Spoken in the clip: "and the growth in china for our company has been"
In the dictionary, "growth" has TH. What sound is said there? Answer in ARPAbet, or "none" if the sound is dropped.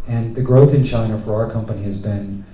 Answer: TH